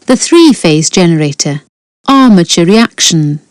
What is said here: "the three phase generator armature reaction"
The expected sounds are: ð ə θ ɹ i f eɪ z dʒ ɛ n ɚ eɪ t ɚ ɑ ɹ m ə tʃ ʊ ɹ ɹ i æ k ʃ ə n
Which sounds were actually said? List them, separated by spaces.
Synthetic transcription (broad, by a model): ð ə θ ɹ i f eɪ z dʒ ɛ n ɚ eɪ t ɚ ɑ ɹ m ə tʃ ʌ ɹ ɹ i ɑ k ʃ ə n